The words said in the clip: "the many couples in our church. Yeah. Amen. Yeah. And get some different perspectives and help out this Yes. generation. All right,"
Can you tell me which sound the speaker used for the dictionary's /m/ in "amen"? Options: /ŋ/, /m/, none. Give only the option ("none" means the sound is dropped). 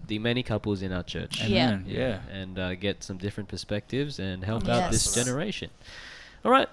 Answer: none